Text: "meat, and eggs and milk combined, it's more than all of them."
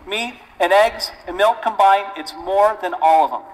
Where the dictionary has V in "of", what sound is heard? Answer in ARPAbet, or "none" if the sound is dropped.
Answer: V